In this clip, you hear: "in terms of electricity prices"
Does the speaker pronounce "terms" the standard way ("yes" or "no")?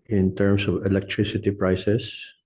no